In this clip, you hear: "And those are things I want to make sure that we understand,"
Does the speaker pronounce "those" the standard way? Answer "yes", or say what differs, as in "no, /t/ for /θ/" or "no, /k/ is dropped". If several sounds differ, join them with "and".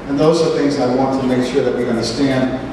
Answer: yes